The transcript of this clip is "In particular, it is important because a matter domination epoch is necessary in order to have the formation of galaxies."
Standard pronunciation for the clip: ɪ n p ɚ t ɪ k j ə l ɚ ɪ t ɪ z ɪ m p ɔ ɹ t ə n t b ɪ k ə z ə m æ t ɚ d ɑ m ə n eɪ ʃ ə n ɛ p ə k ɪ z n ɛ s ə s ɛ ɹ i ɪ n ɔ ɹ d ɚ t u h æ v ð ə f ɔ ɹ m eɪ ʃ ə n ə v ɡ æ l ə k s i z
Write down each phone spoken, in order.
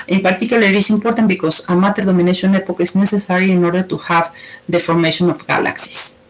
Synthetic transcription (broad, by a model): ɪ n p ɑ t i k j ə l ɪ t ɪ s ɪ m p ɔ ɹ t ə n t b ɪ k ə s ə m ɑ t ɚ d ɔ m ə n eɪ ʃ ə n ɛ p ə k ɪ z n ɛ s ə s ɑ ɹ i ɪ n ɔ ɹ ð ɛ t u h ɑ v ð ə f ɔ ɹ m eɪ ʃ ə n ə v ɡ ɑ l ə k s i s